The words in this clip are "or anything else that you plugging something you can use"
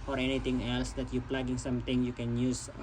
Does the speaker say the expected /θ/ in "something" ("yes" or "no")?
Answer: no